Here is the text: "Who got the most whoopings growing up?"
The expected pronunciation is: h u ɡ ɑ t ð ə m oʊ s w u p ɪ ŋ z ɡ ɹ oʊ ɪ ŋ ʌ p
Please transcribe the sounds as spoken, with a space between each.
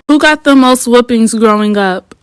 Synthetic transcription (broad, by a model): h u ɡ ɑ t ð ə m oʊ s w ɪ p ɪ ŋ z ɡ ɹ oʊ ɪ ŋ ʌ p